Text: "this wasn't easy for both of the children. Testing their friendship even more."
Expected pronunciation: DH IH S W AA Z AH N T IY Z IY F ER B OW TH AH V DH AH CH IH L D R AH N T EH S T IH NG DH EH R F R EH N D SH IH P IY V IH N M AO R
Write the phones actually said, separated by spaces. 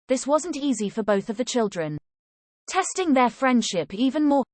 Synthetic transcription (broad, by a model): DH IH S W AA Z AH N T IY Z IY F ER B OW TH AH V DH AH CH IH L D R AH N T EH S T IH NG DH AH F R EH N D SH IH P IY V IH N M AO